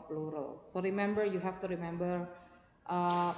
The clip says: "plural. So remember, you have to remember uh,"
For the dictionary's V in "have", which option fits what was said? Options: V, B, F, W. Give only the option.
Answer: F